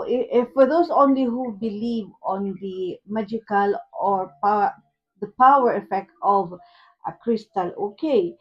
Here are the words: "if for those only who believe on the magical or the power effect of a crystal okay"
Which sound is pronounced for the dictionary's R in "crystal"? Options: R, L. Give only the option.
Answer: R